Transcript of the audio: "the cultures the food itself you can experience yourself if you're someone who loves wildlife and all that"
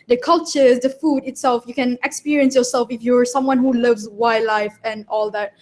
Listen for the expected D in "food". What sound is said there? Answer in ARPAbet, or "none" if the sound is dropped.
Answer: D